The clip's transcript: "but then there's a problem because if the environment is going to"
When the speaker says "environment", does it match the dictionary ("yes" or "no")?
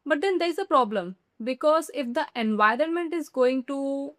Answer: yes